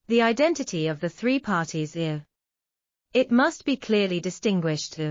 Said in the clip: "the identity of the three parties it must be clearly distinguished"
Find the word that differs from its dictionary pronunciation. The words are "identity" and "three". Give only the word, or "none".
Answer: none